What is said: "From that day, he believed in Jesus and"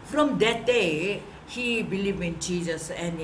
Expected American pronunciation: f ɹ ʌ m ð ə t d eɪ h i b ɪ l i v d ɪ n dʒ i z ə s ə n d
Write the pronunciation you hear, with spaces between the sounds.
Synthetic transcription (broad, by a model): f ɹ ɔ m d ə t d eɪ h i b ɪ l i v ɪ n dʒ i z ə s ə n